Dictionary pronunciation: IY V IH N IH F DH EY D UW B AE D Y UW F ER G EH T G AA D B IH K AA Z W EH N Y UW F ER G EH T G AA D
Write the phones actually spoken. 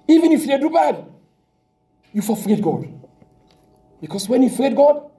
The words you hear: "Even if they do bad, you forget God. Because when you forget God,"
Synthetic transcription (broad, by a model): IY V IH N IH F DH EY D UW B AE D Y UW F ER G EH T G AA D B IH K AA S W EH N Y UW F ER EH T G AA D